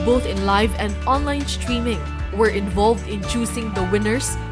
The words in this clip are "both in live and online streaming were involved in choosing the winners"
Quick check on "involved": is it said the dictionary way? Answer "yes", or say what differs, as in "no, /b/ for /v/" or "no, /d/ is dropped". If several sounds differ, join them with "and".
yes